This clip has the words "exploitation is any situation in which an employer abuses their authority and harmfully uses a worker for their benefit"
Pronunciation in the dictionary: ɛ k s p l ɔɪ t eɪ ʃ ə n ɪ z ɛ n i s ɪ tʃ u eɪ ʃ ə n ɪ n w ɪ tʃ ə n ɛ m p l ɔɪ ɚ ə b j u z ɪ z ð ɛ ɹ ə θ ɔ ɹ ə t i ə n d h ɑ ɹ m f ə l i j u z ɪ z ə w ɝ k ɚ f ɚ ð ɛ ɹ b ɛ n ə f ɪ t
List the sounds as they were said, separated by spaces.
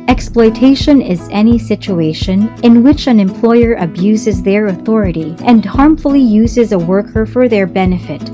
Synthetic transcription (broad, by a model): ɛ k s p l ɔɪ t eɪ ʃ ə n ɪ z ɛ n i s ɪ tʃ u eɪ ʃ ə n ɪ n w ɪ tʃ ə n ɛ m p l ɔɪ ɚ ə b j u z ɪ z ð ɛ ɹ ə θ ɔ ɹ ə t i ə n d h ɑ ɹ m f ə l i j u z ɪ z ə w ɝ k ɚ f ɚ ð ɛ ɹ b ɛ n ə f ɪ t